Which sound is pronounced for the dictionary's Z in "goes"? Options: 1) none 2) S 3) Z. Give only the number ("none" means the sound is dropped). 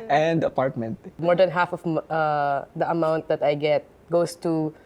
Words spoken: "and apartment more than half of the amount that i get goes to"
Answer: 2